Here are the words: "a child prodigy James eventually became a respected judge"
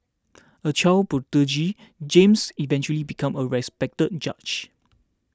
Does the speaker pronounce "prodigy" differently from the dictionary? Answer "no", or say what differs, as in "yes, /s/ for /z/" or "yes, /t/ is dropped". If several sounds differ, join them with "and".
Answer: yes, /ɹ/ is dropped